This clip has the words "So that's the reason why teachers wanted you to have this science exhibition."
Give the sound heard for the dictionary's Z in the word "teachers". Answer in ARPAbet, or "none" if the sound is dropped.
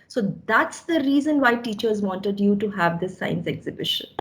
Z